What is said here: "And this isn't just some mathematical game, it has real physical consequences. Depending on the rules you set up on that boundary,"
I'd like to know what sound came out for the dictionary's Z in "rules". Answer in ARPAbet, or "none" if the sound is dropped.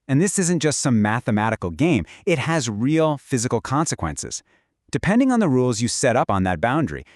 Z